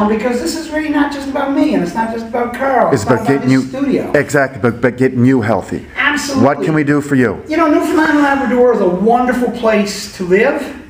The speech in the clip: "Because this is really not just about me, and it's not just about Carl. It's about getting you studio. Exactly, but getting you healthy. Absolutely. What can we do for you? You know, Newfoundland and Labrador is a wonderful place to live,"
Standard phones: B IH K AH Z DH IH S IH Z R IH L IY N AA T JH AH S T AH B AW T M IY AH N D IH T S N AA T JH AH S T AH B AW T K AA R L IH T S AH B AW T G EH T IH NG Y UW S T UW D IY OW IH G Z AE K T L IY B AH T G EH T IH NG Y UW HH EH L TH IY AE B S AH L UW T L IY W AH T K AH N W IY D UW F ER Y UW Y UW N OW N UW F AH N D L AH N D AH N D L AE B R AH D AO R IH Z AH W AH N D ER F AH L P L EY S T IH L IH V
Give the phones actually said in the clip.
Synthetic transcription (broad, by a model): B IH K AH Z DH IH S IH Z R IH L IY N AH T JH AH S T AH B AW T M IY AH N IH T S N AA T JH AH S T AH B AW T K AA R L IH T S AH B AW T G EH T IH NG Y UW S T UW D IY OW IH G Z AE K T L IY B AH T G EH T IH NG Y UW HH EH L TH IY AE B S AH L L W AH T K AH N W IY D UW F ER Y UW Y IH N OW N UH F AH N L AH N AH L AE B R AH D AO R IH Z AH W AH N D ER F L P L EY S T IH L IH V